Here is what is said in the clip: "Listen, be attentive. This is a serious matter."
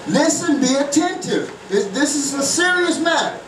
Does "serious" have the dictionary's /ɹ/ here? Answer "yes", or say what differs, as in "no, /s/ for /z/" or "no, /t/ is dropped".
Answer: yes